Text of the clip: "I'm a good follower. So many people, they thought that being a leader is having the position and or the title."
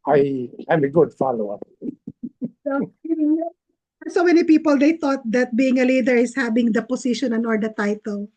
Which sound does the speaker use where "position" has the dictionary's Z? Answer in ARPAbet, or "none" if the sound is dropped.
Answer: S